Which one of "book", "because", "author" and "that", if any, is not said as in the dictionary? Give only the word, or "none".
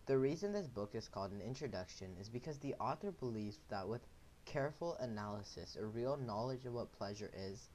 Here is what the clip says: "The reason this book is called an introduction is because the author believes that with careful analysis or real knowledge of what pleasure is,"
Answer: none